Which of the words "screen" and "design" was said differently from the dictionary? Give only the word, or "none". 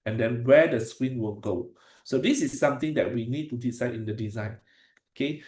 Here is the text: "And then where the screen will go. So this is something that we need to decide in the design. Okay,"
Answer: screen